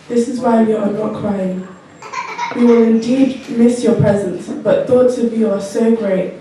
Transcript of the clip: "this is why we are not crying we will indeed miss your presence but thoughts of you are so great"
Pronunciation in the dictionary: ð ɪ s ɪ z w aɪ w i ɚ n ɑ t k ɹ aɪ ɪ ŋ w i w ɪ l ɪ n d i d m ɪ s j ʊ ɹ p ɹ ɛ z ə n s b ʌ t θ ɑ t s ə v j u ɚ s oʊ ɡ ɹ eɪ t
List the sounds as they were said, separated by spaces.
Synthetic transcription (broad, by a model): ð ɪ s ɪ z w aɪ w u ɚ n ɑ t k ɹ aɪ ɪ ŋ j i w ɪ l ɪ n d i d m ɪ s j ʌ p ɹ ɛ z ə n s b ʌ t θ ɑ t s ə v j u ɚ s oʊ ɡ ɹ eɪ t